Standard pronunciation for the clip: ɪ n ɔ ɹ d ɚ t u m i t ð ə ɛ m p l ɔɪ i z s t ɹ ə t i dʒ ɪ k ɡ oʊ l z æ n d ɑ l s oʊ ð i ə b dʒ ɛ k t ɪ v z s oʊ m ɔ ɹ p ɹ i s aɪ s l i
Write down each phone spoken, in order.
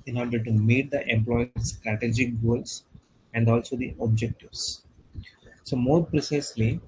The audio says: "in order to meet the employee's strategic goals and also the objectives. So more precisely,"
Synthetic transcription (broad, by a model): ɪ n ɔ ɹ d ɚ t u m i t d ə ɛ m p l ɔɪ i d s t ɹ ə t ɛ dʒ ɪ k ɡ oʊ l s æ n d ɑ l s oʊ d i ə b dʒ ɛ k t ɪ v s s oʊ m ɔ ɹ p ɹ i s aɪ s l i